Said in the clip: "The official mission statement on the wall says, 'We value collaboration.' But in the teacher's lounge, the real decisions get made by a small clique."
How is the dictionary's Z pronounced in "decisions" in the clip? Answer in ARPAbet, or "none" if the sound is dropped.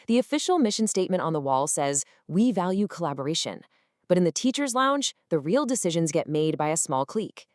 Z